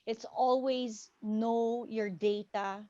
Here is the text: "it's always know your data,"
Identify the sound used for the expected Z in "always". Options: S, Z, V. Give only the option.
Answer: Z